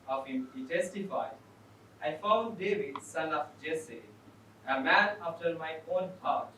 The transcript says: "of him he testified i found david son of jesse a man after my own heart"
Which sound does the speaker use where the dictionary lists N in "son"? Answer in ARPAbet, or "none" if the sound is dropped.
L